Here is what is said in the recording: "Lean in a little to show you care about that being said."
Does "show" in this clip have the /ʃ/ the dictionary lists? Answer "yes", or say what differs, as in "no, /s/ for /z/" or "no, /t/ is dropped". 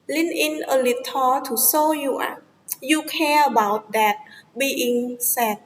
no, /s/ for /ʃ/